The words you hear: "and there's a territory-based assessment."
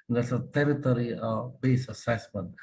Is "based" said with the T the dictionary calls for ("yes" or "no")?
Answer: no